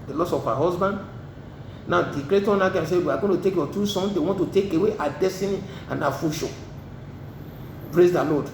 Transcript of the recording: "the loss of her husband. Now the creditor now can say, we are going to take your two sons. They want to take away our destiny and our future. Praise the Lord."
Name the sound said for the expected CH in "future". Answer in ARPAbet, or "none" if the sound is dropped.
SH